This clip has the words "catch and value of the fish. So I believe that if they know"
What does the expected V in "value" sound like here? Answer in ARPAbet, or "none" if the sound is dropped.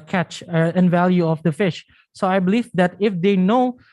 V